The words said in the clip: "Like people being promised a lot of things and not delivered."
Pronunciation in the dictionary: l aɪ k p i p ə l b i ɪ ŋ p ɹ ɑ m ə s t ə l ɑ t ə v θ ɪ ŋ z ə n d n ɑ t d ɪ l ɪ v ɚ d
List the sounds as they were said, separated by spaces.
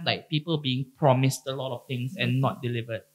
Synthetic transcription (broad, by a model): l aɪ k p i p ə l b i ɪ ŋ p ɹ ɑ m ə s t ə l ɑ t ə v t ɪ ŋ s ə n n ɑ t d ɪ l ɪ v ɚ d